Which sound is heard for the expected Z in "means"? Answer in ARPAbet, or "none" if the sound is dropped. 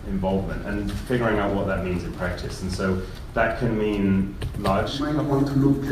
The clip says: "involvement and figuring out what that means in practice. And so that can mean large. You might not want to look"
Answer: Z